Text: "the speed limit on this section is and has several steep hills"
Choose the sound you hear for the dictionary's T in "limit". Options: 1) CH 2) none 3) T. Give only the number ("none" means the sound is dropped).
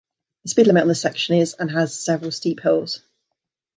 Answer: 2